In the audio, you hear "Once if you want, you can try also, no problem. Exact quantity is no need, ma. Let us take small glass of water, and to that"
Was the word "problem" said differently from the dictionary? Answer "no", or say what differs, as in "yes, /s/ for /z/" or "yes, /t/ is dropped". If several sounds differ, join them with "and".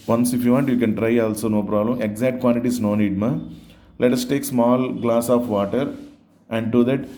no